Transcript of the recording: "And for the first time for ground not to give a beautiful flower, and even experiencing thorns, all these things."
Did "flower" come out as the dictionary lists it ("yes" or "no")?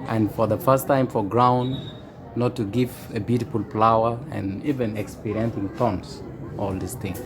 no